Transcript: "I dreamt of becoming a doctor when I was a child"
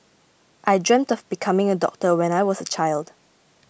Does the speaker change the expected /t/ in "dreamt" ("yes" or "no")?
no